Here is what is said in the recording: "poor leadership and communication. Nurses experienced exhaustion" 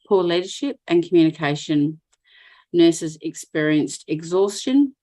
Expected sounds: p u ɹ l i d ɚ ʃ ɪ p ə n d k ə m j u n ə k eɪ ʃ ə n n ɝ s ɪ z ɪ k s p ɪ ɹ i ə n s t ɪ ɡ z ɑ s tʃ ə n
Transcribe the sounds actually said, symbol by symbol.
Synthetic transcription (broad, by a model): p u l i d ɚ ʃ ɪ p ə n k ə m j u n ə k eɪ ʃ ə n n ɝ s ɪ z ɪ k s p ɪ ɹ i ə n s t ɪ ɡ z ɑ s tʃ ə n